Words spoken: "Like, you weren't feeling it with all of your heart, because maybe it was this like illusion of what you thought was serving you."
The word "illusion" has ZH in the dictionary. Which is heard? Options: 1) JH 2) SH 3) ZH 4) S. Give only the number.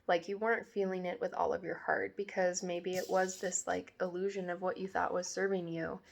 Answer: 3